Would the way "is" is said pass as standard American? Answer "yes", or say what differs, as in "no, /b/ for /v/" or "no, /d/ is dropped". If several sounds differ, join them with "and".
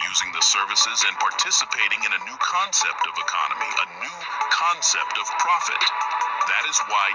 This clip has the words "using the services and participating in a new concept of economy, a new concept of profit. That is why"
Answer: yes